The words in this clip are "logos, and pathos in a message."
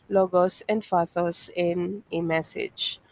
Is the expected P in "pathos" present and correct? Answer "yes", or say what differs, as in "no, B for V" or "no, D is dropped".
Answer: no, F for P